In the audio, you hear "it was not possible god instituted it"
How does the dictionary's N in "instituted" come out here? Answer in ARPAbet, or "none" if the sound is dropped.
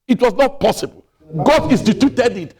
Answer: none